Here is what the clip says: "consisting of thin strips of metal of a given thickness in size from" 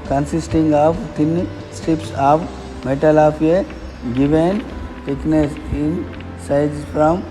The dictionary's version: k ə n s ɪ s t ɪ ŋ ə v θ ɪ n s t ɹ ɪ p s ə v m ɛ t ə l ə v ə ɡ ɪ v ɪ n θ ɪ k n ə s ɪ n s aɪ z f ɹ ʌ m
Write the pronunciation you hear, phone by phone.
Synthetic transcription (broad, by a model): k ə n s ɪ s t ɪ ŋ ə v t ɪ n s t ɪ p s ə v m ɛ t ə l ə p ə ɡ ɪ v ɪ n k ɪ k n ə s ɪ n s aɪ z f ɹ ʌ m